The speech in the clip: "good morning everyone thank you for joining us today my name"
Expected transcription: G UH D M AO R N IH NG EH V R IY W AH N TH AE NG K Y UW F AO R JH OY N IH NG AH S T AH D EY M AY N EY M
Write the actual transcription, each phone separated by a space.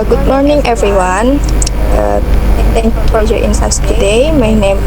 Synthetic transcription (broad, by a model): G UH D M AO R N IH NG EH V R IY W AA N T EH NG K Y UW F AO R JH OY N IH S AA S T AH D EY M AY N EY M